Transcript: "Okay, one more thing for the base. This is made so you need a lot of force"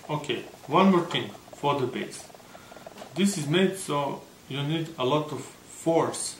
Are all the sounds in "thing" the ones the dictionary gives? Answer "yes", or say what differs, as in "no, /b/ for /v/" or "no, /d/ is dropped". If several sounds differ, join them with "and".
no, /t/ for /θ/